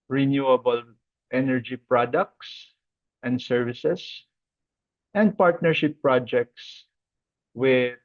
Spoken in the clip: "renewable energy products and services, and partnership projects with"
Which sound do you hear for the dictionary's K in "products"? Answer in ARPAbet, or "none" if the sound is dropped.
K